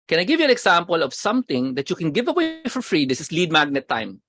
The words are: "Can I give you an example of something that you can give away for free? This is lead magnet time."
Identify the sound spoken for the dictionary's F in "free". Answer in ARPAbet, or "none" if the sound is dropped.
F